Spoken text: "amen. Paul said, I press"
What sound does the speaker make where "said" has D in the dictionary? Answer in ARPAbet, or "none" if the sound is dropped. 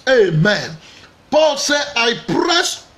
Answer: none